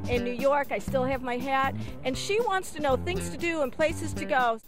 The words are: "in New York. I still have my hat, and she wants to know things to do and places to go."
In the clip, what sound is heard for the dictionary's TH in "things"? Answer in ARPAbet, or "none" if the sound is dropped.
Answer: TH